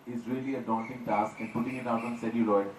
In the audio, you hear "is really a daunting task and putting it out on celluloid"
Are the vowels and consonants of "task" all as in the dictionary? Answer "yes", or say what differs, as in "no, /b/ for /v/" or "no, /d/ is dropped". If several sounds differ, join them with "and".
yes